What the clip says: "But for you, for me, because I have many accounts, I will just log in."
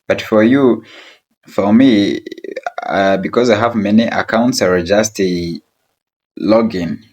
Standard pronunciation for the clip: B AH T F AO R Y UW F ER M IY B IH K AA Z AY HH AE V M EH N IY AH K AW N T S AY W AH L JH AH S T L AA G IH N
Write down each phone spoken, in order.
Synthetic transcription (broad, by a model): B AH T F AO R Y UW F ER M IY B IH K AA Z AY HH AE V M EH N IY AH K AW N T S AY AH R JH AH S T L AA G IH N